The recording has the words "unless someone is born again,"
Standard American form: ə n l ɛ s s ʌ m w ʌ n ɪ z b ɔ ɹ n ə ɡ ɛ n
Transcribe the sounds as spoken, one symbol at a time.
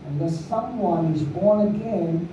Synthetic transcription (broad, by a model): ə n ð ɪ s s ʌ m w ʌ n ɪ z b ɔ ɹ n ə ɡ ɛ n